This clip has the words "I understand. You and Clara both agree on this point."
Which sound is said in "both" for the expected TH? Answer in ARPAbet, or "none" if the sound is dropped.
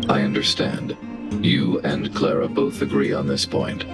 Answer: TH